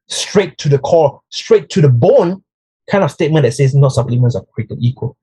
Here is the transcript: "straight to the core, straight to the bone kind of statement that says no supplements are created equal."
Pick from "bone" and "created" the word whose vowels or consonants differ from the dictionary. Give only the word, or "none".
created